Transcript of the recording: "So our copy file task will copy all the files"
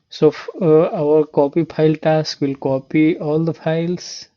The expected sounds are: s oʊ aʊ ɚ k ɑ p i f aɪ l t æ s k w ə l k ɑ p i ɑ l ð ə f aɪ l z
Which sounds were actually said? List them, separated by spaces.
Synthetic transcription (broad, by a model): s oʊ aʊ ɚ k ɑ p i p aɪ l t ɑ s k w ə l k ɑ p i ɑ l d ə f aɪ l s